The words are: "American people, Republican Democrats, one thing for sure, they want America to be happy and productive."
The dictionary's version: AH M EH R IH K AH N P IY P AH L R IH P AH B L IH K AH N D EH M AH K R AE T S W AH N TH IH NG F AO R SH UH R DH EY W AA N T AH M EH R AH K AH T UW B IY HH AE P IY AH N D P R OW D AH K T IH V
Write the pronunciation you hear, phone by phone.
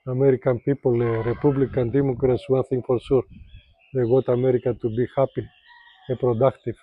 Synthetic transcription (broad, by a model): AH M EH R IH K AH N P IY P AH L R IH P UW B L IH K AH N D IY M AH K R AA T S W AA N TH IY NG F AO R S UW R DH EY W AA T AH M EH R AH K AH T UW B IY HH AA P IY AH P R OW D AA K T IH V